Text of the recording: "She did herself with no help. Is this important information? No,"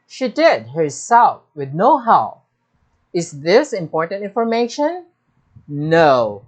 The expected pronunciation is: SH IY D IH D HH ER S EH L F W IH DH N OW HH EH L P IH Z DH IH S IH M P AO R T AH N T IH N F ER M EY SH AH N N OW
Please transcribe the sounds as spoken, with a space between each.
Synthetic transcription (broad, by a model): SH IY D IH D HH ER S EH L F W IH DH N OW HH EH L IH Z DH IH S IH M P AO R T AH N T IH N F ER M EY SH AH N N OW